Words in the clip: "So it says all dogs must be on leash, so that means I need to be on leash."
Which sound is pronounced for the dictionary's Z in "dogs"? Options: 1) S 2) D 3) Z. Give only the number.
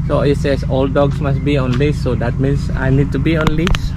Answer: 1